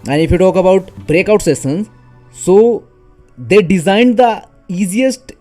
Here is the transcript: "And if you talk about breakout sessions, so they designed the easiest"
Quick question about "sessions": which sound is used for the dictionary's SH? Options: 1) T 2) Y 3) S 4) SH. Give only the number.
3